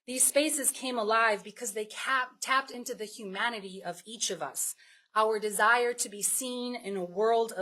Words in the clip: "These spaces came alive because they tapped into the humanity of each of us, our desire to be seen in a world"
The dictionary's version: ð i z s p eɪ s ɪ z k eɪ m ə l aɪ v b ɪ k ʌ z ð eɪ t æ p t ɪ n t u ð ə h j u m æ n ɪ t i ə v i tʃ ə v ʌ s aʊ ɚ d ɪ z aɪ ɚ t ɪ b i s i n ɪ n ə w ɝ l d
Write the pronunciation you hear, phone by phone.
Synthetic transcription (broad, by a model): ð i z s p eɪ s ɪ z k eɪ m ə l aɪ v b ɪ k ʌ z ð eɪ t æ p t ɪ n t u ð ə h j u m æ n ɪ t i ə v i tʃ ə v ʌ s aʊ ɚ d ɪ z aɪ ɚ t ɪ b i s i n ɪ n ə w ɝ l d